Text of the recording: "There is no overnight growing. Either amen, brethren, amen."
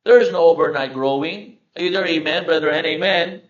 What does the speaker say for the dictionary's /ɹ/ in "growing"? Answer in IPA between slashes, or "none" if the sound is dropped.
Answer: /ɹ/